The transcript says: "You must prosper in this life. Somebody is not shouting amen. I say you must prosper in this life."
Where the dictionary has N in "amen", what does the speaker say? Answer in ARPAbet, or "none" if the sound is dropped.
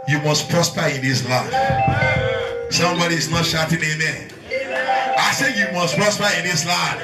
none